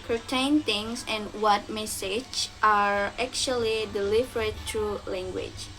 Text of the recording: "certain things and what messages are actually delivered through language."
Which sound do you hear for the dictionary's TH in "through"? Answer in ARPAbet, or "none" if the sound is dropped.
T